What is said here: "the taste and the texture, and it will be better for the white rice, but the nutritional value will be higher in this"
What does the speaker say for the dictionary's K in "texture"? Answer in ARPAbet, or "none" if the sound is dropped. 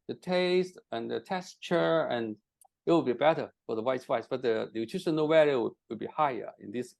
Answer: none